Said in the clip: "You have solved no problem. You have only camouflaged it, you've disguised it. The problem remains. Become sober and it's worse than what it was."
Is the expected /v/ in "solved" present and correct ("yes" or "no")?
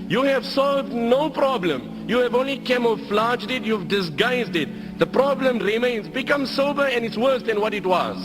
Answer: yes